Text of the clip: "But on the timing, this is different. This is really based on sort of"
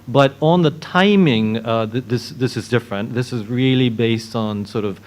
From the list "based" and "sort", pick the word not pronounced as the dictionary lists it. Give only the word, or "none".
none